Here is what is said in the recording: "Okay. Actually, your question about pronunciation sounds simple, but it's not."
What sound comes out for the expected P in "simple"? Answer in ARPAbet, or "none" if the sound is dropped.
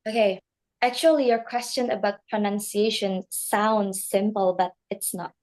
P